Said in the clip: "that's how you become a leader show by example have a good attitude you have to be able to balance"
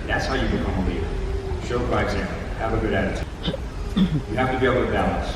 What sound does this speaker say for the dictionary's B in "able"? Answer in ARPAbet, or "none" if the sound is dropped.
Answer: none